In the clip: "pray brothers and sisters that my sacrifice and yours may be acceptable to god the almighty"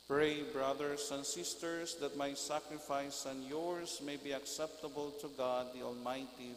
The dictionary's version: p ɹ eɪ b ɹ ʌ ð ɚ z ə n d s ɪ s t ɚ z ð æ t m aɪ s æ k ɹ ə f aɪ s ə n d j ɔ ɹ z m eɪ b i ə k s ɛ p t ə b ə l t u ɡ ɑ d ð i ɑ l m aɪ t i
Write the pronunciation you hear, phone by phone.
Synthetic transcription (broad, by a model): p ɹ eɪ b ɹ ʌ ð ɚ s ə n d s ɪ s t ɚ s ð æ t m aɪ s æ k ɹ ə f aɪ s ə n d j ɔ ɹ s m eɪ b i ə k s ɛ p t ə b ə l t u ɡ ɑ d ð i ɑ l m aɪ t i